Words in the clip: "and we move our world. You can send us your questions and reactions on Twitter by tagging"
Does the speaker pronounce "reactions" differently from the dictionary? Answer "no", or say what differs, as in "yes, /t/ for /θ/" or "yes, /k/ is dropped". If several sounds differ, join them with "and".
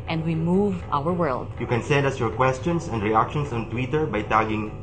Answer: yes, /s/ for /z/